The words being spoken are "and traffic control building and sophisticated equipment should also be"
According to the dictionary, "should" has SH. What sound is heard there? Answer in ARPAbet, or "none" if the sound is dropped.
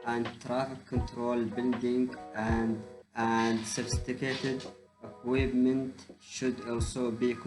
SH